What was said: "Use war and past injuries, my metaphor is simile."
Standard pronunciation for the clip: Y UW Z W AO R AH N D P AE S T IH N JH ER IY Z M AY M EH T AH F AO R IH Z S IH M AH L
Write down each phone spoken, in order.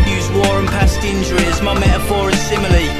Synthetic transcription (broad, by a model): Y UW Z W AO R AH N P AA S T IH N JH ER IY Z M AY M EH T AH F AO R IH Z S IH M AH L